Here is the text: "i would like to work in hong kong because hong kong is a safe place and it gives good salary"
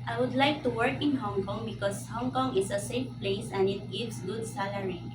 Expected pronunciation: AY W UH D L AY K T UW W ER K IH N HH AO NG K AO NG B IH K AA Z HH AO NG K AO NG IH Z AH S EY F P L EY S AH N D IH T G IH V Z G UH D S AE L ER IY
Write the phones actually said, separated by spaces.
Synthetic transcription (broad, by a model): AY W UH D L AY K T UW W ER K IH N HH AO NG K AO NG B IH K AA S HH AO NG K AO NG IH S AH S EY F P L EY S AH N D IH T G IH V S G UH D S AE L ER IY